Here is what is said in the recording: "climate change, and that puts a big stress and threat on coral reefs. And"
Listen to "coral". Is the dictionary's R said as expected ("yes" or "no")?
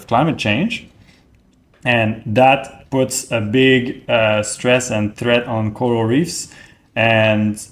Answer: no